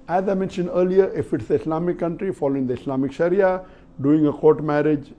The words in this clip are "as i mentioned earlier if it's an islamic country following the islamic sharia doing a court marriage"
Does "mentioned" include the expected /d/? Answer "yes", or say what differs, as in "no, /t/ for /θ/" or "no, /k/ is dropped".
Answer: yes